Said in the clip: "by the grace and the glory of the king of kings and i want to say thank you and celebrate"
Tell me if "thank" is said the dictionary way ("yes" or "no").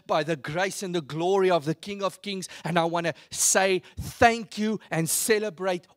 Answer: yes